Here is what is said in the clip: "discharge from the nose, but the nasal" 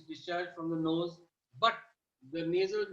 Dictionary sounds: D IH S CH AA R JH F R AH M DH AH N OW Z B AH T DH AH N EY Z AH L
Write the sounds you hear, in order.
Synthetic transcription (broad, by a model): D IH S CH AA R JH F R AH M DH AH N OW Z B AH T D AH N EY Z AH L